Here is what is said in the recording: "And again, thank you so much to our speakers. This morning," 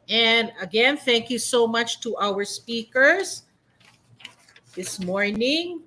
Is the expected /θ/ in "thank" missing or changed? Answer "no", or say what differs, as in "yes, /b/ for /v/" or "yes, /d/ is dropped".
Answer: no